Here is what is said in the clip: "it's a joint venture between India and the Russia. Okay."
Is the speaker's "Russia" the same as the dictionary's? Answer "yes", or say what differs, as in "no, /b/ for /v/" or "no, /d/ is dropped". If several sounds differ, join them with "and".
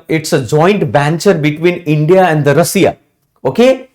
no, /s/ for /ʃ/